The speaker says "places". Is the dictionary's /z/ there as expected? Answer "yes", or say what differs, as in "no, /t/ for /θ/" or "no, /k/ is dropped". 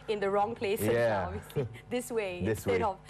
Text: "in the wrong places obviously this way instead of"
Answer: no, /z/ is dropped